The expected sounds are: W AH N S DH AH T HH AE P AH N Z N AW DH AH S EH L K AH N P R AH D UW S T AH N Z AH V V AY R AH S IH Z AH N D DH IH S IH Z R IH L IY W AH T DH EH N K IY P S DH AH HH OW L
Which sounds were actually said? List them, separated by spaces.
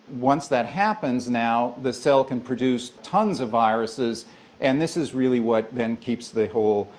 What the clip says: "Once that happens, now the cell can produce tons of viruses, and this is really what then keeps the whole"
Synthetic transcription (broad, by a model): W AH N S DH AH T HH AE P AH N Z N AW DH AH S EH L K AH N P R AH D UW S T AH N Z AH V V AY R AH S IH Z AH N DH IH S IH Z R IH L IY W AH T DH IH N K IY P S DH AH HH OW L